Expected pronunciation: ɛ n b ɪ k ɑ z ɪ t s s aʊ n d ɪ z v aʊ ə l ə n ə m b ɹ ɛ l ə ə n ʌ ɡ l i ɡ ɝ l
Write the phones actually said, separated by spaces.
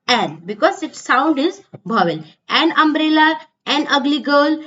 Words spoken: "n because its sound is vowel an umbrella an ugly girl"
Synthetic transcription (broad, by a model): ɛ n b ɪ k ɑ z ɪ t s s aʊ n d ɪ z b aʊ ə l ə n ə m b ɹ ɛ l ə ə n ʌ ɡ l i ɡ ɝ l